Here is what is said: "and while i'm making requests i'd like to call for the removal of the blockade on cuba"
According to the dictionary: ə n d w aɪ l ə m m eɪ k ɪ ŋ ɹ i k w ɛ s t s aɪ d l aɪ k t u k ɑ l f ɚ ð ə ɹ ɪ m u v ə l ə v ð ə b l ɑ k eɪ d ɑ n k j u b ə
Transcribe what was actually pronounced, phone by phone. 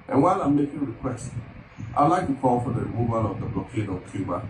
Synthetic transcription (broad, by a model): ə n w aɪ l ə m m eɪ k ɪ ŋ ɹ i k w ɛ s t aɪ l aɪ k t u k ɑ l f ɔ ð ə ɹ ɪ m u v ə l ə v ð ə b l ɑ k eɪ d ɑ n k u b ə